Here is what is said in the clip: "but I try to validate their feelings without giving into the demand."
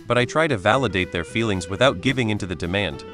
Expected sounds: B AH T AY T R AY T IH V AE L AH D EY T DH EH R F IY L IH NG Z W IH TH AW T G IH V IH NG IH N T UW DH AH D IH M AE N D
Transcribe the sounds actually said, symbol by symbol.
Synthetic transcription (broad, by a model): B AH T AY T R AY T IH V AE L AH D EY T DH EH R F IY L IH NG Z W IH TH AW T G IH V IH NG IH N T UW DH AH D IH M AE N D